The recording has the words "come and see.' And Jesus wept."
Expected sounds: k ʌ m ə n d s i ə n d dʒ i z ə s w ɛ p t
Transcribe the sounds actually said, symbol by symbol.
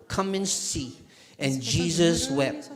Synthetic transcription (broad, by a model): k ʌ m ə n s i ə n dʒ i z ə s w ɛ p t